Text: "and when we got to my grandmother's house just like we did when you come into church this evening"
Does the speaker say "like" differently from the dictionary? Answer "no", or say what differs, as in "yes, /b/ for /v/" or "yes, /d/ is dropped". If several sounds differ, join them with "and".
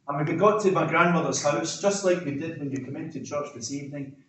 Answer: no